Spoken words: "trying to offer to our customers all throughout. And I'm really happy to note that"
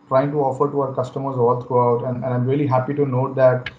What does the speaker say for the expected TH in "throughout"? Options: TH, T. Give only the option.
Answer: T